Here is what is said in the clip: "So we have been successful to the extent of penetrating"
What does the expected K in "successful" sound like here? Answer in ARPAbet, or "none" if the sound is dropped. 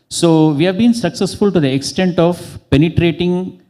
K